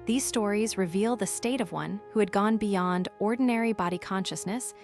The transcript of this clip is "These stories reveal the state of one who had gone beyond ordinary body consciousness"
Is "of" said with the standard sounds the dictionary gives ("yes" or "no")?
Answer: yes